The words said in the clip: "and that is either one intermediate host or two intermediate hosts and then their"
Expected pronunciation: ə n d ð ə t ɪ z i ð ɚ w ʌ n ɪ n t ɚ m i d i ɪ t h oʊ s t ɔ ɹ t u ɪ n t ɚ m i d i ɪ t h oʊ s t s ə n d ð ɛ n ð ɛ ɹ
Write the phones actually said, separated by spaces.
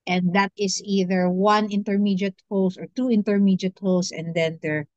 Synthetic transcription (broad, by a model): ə n d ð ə t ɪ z i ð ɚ w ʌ n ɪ n t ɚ m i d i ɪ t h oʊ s ɔ ɹ t u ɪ n t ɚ m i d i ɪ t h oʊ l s ə n d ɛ n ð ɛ ɹ